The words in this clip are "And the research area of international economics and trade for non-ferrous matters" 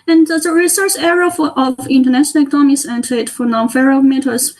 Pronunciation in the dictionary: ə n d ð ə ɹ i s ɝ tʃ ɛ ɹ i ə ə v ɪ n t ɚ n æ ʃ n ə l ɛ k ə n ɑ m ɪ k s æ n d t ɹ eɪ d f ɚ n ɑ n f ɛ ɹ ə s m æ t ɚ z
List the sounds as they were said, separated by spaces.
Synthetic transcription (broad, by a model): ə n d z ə ɹ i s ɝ s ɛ ɹ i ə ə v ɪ n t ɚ n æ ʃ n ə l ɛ k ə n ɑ m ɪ s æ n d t eɪ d f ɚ n ɑ n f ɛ ɹ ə m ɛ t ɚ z